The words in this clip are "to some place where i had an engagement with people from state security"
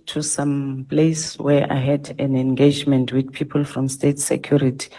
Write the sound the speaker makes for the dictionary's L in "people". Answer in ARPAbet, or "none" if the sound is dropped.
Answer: L